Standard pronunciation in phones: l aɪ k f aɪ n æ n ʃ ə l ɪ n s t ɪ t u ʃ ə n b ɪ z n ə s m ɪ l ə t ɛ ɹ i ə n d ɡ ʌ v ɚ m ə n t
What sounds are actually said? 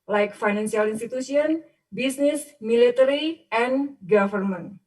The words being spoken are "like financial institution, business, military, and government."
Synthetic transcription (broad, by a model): l aɪ k f aɪ n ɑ n s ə l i n s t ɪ t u s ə n b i s n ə s m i l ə t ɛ ɹ i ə n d ɡ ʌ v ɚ m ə n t